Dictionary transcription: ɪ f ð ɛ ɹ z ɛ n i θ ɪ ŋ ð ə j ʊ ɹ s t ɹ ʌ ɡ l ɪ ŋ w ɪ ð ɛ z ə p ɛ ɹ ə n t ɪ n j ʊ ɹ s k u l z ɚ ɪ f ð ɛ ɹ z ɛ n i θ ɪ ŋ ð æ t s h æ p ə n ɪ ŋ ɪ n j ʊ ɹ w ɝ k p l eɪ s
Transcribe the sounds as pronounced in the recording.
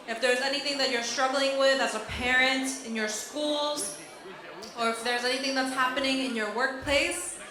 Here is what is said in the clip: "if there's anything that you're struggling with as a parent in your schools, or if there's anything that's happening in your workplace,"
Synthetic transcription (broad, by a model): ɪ f ð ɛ ɹ z ɛ n i θ ɪ ŋ ð ə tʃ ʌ ɹ s t ɹ ʌ ɡ l ɪ ŋ w ɪ ð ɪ z ə p ɛ ɹ ə n t ɪ n j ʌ ɹ s k u l z ɚ ɪ f ð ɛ ɹ z ɛ n i θ ɪ ŋ ð æ t s h æ p ə n ɪ ŋ ɪ n j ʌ ɹ w ɝ k p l eɪ s